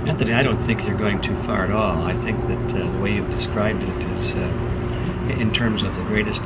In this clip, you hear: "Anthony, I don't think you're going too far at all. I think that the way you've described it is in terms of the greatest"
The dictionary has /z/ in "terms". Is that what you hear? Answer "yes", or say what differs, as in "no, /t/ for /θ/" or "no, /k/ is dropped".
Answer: yes